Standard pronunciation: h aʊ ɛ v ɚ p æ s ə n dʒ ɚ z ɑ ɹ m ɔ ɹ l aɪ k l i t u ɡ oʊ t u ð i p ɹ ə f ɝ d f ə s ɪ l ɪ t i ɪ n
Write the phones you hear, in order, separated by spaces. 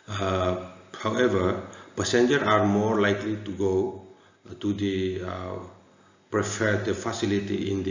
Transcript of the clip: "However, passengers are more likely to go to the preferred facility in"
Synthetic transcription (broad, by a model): h aʊ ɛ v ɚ p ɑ s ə n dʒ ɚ ɑ ɹ m ɔ ɹ l aɪ k l i t u ɡ oʊ t u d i p ɹ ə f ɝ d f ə s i l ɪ t i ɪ n